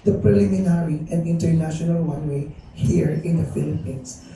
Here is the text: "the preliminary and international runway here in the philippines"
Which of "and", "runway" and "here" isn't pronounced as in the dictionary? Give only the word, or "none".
runway